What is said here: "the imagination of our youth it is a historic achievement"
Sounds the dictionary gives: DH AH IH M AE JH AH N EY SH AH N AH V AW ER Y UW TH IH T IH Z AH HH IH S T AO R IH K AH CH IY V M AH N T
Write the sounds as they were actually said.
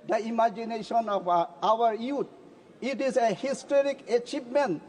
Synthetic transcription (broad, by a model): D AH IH M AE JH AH N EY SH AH N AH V AW ER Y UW T IH T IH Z AH HH IH S T AO R IH K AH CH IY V M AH N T